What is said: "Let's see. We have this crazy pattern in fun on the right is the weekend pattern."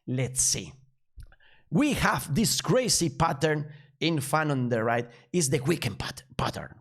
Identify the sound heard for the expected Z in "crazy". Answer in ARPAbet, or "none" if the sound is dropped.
S